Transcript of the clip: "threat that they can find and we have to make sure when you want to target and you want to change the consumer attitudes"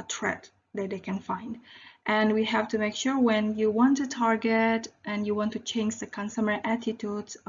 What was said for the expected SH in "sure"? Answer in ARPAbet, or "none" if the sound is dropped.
SH